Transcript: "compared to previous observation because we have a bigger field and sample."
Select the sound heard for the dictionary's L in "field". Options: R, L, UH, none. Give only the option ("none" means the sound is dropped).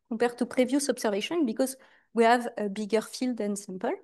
L